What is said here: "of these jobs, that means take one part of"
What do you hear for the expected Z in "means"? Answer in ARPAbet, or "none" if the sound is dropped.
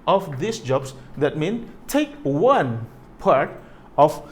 none